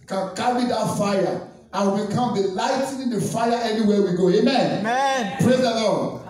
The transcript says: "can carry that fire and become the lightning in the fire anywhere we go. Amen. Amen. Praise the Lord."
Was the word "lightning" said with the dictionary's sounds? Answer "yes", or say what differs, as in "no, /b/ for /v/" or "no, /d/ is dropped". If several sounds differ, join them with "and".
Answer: no, /n/ is dropped